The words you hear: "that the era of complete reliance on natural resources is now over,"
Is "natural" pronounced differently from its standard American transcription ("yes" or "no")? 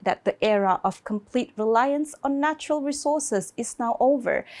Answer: no